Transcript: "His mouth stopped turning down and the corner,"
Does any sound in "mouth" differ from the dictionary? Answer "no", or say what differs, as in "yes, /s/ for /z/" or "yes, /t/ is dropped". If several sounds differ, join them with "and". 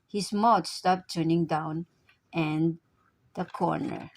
yes, /t/ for /θ/